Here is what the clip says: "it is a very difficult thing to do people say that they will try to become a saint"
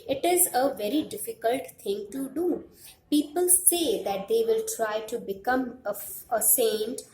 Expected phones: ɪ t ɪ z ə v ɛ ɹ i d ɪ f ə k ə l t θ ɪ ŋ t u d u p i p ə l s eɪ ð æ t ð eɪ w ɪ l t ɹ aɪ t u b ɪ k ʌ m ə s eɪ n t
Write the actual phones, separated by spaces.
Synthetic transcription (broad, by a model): ɪ t ɪ z ə v ɛ ɹ i d ɪ f ə k ə l t t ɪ ŋ t u d u p i p ə l s eɪ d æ t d eɪ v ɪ l t ɹ aɪ t u b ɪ k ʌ m ə s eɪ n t